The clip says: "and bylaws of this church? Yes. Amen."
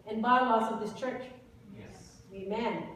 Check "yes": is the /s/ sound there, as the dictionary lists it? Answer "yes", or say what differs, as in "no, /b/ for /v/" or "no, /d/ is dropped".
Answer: no, /s/ is dropped